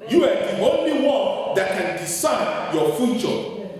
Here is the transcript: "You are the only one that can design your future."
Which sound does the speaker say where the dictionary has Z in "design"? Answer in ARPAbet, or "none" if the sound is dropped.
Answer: S